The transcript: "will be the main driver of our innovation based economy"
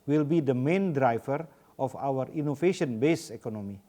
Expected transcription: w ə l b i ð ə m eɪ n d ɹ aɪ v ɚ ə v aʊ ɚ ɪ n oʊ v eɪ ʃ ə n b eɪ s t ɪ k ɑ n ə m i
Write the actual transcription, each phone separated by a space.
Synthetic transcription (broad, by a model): w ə l b i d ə m eɪ n d ɹ aɪ v ɚ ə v aʊ ɚ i n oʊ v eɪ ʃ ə n b eɪ s ɪ k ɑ n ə m i